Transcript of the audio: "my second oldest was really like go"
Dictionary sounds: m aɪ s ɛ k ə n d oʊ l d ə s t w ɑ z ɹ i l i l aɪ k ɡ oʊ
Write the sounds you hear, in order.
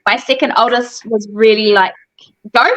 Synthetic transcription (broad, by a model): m aɪ s ɛ k ə n d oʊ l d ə s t w ɑ z ɹ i l i l aɪ k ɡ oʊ